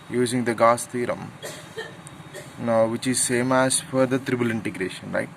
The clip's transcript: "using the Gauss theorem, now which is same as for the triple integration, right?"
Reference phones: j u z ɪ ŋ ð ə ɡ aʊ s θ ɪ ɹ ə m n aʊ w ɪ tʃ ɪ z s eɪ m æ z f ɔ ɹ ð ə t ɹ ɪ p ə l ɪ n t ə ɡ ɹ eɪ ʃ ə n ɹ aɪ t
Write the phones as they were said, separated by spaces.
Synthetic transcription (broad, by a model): j u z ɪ ŋ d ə ɡ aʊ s t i ɹ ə m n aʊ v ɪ tʃ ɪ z s eɪ m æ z f ɔ ɹ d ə t ɹ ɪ b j l ɪ n t ə ɡ ɹ eɪ ʃ ə n ɹ aɪ t